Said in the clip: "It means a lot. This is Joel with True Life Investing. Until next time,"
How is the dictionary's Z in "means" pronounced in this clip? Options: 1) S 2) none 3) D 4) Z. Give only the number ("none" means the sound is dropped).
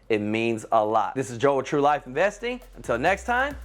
4